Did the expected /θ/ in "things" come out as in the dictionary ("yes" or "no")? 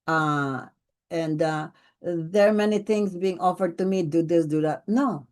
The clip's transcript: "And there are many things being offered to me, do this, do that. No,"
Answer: no